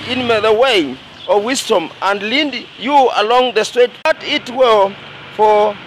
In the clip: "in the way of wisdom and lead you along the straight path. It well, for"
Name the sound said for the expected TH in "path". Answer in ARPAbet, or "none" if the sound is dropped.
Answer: T